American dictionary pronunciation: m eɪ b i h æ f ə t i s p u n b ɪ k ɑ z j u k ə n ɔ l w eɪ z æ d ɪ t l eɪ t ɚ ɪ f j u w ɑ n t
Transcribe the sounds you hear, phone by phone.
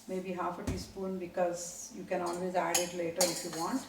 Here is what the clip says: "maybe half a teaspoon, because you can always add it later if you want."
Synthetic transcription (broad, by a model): m eɪ b i h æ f ə t i s p u n b ɪ k ɑ z j u k ə n ɔ l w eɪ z æ d ɪ t l eɪ t ɚ ɪ f j u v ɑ n t